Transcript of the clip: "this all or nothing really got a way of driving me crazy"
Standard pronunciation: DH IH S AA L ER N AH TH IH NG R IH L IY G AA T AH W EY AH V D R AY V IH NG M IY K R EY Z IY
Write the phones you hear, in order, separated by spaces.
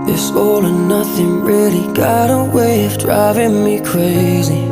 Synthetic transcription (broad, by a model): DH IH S AA L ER N AH TH IH NG R IH L IY G AA T AH W EY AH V D R AY V IH NG M IY K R EY Z IY